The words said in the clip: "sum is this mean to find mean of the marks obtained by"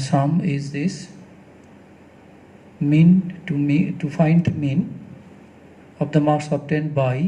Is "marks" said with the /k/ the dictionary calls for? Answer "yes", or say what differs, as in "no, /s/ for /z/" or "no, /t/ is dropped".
no, /k/ is dropped